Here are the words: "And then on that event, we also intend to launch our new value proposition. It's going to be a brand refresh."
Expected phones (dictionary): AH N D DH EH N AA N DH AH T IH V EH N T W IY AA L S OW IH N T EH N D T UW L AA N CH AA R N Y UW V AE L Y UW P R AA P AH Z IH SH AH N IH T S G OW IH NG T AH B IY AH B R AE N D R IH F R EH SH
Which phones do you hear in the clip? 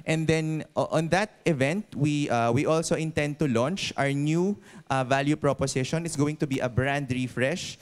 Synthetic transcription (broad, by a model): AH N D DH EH N AA N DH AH T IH V EH N T W IY AA L S OW IH N T EH N D T UW L AA N CH AA R N Y UW V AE L Y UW P R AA P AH S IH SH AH N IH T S G OW IH NG T AH B IY AH B R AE N D R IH F R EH SH